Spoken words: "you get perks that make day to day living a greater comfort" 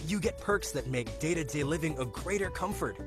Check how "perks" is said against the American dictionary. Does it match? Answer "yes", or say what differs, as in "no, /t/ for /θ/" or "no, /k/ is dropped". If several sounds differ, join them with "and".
yes